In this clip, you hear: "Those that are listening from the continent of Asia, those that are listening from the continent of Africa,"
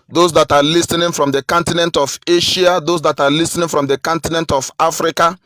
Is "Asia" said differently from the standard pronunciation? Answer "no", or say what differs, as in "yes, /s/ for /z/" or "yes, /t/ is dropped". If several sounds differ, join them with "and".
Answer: yes, /ʃ/ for /ʒ/